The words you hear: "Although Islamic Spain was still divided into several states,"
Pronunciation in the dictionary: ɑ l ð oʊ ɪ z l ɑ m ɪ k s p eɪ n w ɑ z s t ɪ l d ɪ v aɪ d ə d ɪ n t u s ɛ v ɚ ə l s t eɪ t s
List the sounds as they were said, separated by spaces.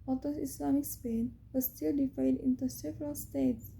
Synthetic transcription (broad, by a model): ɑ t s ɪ s l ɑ m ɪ k s p eɪ n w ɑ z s t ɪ l d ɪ f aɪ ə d ɪ n t u s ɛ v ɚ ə l s t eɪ t s